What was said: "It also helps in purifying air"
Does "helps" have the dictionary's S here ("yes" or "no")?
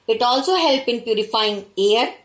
no